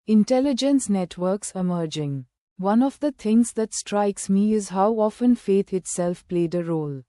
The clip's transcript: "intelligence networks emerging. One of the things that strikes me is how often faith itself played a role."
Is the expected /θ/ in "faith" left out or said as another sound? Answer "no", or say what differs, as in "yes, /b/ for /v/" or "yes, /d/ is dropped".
yes, /t/ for /θ/